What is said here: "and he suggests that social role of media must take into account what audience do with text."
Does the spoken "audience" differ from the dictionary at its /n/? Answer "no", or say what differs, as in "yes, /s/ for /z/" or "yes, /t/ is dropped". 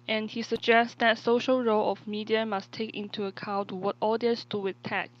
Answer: yes, /n/ is dropped